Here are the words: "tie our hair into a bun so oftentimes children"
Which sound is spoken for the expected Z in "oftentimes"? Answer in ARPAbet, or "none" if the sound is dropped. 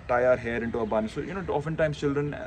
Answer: none